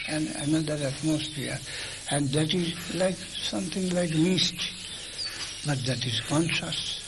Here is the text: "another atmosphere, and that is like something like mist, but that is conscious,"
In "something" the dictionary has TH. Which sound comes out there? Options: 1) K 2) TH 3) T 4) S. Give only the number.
3